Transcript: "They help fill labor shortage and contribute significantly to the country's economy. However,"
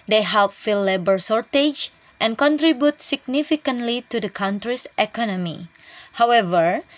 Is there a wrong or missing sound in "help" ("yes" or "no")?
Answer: no